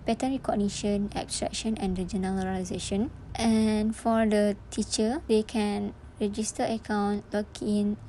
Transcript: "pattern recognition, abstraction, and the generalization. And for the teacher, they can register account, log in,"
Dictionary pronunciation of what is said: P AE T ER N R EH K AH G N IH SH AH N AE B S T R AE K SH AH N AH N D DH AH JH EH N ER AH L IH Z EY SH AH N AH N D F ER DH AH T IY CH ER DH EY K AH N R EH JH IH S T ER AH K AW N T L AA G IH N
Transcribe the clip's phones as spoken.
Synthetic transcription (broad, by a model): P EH T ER N R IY K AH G N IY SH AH N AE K S T R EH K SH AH N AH N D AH JH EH N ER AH IH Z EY SH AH N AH N F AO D AH T IY CH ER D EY K AH N R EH JH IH S T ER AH K AW N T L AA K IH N